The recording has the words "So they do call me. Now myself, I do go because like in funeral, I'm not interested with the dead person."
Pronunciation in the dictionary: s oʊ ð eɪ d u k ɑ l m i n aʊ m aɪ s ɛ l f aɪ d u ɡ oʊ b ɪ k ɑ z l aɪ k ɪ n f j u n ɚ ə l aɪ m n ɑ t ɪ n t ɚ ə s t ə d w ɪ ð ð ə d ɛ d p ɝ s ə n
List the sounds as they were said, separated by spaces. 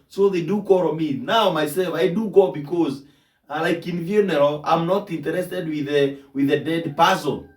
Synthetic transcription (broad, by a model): s oʊ ð eɪ d u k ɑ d m i n aʊ m aɪ s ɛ l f aɪ d u ɡ oʊ b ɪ k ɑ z l aɪ k ɪ n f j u n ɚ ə aɪ m n ɑ t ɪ n t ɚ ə s t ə d w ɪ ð ð ə d ɛ d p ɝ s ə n